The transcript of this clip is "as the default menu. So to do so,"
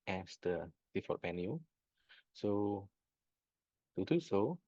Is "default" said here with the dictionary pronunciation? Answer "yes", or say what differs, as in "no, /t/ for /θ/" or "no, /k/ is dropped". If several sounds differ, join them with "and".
no, /l/ is dropped